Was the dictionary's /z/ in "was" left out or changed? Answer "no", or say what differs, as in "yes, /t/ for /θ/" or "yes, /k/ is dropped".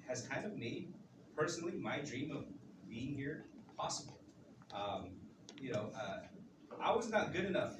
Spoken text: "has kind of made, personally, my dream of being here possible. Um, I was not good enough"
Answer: no